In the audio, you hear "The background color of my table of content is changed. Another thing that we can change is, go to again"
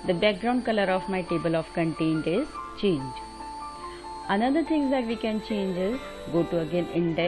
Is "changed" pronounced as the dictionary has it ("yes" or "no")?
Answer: no